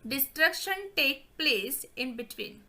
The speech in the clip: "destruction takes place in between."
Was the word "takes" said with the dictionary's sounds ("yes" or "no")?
no